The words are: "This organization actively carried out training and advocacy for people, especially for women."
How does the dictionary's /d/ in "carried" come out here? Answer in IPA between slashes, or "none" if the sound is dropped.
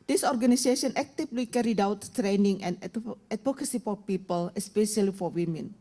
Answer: /d/